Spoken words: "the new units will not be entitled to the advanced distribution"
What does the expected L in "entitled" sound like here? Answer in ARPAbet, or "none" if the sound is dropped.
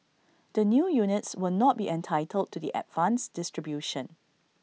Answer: L